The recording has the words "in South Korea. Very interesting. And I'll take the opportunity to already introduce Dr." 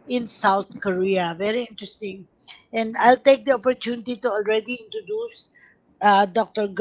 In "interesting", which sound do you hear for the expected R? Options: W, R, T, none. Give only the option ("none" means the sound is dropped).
R